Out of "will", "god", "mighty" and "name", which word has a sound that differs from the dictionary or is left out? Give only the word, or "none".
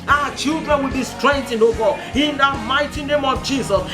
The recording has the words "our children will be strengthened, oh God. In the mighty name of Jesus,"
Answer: god